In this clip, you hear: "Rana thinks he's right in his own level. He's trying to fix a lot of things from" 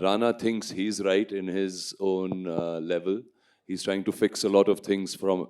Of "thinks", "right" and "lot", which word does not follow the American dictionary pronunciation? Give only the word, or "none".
thinks